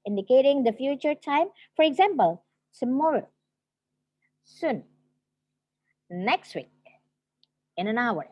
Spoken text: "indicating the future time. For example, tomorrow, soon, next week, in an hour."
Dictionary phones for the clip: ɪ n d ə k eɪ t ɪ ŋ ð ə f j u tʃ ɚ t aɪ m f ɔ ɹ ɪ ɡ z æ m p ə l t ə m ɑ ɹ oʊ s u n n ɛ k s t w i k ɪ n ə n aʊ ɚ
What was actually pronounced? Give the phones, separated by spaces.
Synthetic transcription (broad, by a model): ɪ n d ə k eɪ t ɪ ŋ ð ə f j u tʃ ɚ t aɪ m f ɔ ɹ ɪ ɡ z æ m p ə l s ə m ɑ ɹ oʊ s u n n ɛ k s t w i k ɪ n ə n aʊ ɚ